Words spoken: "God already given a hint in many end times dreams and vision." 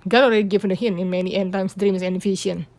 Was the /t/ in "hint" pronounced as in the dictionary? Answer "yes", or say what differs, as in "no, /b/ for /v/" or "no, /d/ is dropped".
no, /t/ is dropped